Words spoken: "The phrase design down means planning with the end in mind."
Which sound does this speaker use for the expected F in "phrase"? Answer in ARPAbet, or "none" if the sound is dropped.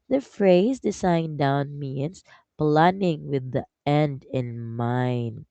F